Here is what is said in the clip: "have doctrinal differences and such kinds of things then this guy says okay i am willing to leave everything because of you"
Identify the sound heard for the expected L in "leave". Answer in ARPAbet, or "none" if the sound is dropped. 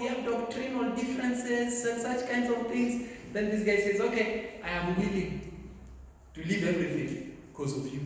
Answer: L